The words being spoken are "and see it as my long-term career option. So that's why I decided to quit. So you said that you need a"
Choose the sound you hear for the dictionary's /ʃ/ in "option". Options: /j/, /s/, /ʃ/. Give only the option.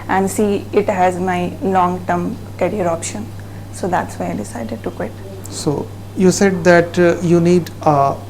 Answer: /ʃ/